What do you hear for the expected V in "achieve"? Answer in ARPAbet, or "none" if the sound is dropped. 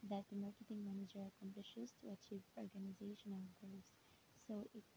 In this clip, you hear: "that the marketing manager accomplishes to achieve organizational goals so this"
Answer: V